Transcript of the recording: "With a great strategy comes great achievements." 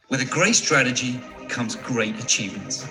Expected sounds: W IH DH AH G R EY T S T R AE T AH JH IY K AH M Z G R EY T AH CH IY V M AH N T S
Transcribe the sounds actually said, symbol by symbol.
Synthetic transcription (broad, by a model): W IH DH AH G R EY T S T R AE T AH JH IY K AH M Z G R EY T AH CH IY V M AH N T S